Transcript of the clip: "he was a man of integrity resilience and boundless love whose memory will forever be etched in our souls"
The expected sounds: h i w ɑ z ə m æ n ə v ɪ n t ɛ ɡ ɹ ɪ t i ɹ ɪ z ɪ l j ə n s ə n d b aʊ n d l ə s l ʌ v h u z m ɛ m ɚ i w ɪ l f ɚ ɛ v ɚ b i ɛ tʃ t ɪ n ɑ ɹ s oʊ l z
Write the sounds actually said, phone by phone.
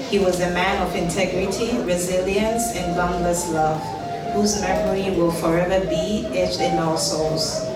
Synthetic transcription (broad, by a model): h i w ɑ z ə m æ n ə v ɪ n t ɛ ɡ ɹ ɪ t i ɹ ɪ z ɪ l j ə n s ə n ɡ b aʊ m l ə s l ʌ v h u z m ɛ m ɚ i w ɪ l f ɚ ɛ v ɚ b i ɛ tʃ ɪ n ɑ l s oʊ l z